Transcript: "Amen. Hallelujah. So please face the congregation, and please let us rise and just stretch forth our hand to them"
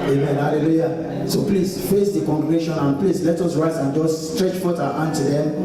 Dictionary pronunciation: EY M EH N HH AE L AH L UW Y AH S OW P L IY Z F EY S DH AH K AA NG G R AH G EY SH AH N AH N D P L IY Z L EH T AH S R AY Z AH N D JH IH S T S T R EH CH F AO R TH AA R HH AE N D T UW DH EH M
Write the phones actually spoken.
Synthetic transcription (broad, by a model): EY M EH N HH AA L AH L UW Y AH S OW P L IY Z F EY S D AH K AA NG G R AH G EY SH AH N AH N P L IY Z L EH T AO S R AY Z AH N JH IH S S T R EH CH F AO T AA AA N T UW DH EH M